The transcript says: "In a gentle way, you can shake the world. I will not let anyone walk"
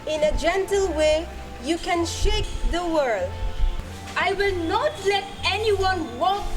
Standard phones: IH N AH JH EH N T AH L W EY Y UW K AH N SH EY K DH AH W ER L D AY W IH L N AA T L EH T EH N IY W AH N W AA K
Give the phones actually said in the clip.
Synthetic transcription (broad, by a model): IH N AH JH EH N T AH L W EY Y UW K AH N SH EY K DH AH W ER L D AY W IH L N AA T L EH T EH N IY W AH N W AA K